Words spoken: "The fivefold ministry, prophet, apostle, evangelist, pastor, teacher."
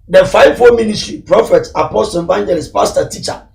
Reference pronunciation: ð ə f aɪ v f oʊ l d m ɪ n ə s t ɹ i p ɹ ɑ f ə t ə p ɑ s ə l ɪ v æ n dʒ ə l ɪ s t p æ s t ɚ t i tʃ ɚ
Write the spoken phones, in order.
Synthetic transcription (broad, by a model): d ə f aɪ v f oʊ m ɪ n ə s t ɹ i p ɹ ɑ f ə t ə p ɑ s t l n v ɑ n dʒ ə l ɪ s p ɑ s t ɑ t i tʃ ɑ